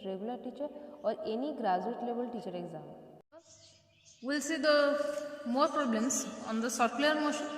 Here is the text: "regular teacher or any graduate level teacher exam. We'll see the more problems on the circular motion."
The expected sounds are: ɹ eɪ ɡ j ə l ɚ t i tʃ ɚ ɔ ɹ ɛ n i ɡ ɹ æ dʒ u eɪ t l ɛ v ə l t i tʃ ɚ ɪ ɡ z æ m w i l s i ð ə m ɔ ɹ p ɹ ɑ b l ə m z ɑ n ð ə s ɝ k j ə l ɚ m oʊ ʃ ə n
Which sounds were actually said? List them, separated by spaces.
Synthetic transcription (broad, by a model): ɹ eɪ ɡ j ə l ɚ t i tʃ ɚ ɔ ɹ ɛ n i ɡ ɹ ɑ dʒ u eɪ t l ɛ b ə l t i tʃ ɚ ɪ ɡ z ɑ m w i l s i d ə m ɔ ɹ p ɹ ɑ b l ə m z ɑ n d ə s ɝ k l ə ɚ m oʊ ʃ